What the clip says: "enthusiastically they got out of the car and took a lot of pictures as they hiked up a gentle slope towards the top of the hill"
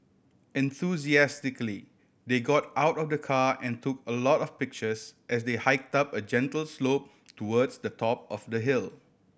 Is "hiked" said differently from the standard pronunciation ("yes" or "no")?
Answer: no